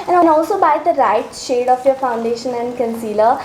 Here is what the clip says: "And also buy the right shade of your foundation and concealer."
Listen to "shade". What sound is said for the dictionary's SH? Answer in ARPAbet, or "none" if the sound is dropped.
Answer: SH